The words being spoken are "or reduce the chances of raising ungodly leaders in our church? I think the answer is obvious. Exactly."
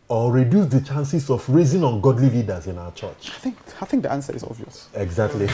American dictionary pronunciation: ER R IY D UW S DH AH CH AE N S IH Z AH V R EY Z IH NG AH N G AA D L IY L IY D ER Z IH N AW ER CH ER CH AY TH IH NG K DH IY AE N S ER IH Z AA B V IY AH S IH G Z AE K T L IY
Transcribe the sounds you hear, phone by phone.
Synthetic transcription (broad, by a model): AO R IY D UW S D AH CH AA N S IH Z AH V R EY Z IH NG AH N G AA D L IY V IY D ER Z IH N AW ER CH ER CH AY TH IH NG K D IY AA N S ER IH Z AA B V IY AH S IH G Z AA K T L IY